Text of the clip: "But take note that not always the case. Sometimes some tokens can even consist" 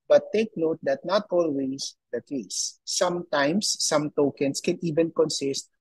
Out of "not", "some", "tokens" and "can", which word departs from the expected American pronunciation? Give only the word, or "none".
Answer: tokens